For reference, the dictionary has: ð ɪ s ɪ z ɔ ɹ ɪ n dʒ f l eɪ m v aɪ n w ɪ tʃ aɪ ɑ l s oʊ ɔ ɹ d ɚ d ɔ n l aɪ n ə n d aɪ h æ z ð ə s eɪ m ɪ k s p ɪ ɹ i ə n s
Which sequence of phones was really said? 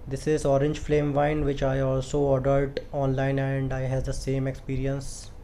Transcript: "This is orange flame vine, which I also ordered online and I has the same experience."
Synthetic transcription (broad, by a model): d ɪ s ɪ z ɔ ɹ ɪ n dʒ f l eɪ m v aɪ n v ɪ tʃ aɪ ɑ l s oʊ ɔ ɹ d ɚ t ɔ n l aɪ n ə n d aɪ h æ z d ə s eɪ m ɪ k s p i ɹ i ə n s